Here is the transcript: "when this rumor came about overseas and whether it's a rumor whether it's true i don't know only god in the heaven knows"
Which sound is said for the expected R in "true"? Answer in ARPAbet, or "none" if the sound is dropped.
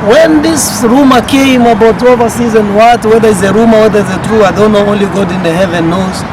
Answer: R